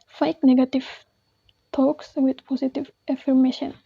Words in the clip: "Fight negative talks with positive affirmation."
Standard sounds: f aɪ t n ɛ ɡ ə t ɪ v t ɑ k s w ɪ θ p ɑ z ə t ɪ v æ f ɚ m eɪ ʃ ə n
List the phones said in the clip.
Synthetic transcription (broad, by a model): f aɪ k n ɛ ɡ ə t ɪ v t ɑ k s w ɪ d p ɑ s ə t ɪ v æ f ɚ m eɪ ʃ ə n